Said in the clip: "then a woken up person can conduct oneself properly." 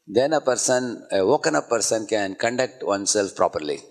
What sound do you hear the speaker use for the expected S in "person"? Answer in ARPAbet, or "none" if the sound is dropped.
S